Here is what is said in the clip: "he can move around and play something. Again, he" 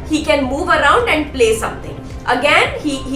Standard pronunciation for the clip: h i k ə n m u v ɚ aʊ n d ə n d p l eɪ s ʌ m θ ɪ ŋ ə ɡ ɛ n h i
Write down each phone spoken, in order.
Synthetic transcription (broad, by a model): h i k ə n m u v ɚ aʊ n d ə n d p l eɪ s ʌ m t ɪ ŋ ə ɡ ɛ n h i